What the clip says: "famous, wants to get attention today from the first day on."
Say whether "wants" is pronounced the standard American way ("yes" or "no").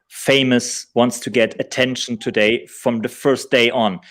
yes